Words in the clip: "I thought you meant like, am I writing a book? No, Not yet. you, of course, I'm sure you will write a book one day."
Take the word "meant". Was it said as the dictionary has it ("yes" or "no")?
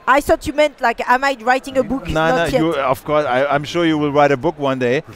yes